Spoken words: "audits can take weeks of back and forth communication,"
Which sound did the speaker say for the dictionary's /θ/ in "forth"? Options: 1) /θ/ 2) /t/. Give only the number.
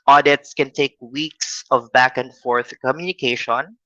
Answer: 1